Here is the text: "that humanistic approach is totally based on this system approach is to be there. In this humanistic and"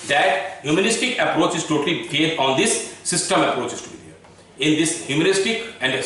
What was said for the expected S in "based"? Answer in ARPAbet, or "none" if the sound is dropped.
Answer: none